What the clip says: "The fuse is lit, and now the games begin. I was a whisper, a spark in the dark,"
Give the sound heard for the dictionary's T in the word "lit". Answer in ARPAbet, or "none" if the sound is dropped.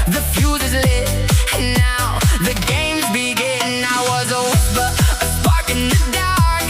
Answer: none